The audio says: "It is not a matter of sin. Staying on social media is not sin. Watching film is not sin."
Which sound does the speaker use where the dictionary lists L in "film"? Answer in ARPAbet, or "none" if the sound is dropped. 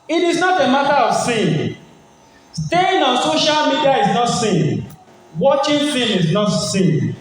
none